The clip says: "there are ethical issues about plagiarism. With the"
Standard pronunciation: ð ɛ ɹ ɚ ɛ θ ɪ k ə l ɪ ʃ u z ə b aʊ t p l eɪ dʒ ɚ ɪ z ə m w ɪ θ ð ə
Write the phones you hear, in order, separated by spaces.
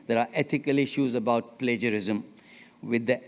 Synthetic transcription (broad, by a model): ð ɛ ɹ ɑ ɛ t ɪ k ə l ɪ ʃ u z ə b aʊ t p l eɪ dʒ ɚ ɪ z ə m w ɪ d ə